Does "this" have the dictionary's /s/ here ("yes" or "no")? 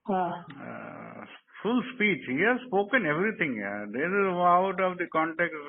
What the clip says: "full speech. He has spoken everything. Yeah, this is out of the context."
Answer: no